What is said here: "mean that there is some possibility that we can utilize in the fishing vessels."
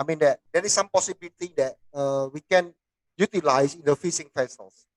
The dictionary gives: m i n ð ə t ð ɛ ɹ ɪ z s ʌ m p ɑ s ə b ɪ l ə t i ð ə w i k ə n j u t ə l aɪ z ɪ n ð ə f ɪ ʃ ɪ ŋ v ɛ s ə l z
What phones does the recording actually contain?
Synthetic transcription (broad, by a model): m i n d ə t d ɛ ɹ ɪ s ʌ m p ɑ s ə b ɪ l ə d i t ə w i k ə n j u t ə l aɪ s ɪ n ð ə f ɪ s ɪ ŋ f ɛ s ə l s